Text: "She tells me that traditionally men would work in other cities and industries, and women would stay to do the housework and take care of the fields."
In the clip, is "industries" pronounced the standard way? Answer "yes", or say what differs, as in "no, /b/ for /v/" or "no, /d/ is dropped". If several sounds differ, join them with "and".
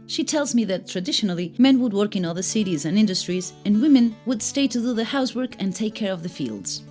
yes